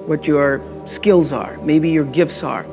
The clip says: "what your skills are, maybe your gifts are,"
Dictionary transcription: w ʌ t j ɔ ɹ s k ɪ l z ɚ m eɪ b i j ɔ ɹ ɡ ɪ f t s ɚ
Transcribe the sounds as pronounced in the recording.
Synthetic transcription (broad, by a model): w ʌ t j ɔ ɹ s k ɪ l z ɚ m eɪ b i j ɔ ɹ ɡ ɪ f t s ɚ